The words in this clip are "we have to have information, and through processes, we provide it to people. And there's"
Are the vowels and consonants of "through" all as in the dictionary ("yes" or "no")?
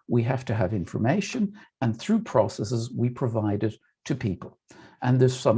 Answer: yes